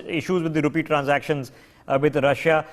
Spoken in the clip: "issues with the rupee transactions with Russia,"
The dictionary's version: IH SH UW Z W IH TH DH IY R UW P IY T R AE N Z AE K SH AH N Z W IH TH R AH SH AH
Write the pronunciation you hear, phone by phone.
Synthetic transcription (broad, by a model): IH SH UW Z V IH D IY R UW P IY T R AE N Z AE K SH AH N Z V IH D R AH SH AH